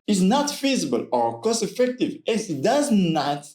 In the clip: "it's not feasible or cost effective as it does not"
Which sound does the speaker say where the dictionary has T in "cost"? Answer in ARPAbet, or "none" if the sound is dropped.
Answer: none